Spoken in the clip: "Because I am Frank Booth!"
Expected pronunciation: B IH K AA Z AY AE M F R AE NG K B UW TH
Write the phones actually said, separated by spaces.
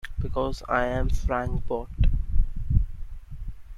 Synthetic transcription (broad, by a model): B IH K AA Z AY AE M F R AE NG K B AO T